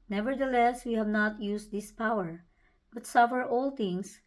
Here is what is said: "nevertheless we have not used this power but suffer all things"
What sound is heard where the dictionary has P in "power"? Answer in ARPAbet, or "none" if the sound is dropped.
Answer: P